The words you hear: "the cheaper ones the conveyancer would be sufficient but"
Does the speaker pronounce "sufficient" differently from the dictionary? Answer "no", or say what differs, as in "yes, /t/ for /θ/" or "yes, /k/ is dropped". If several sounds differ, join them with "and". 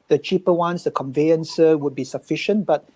no